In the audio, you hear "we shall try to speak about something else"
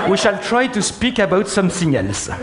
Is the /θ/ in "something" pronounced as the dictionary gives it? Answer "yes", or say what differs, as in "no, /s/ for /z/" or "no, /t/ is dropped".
no, /s/ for /θ/